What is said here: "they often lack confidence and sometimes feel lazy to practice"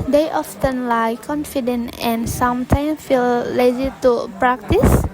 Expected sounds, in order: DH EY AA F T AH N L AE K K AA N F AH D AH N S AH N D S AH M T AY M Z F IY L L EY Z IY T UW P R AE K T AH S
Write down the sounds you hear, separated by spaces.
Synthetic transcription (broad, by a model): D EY AA F T AH N L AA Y K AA N F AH D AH N AH N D S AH M T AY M F IY L L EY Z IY T UW P R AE K T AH S